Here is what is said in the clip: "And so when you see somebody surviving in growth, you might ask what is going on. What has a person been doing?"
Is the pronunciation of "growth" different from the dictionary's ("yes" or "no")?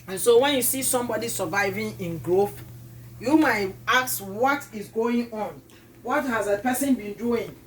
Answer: no